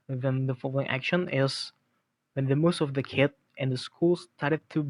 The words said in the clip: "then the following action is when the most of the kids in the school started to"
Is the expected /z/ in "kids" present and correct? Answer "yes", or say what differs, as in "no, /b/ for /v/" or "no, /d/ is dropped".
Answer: no, /z/ is dropped